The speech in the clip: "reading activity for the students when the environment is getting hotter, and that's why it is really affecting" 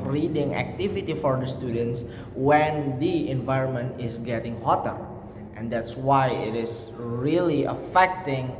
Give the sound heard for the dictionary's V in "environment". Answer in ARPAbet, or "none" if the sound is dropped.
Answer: V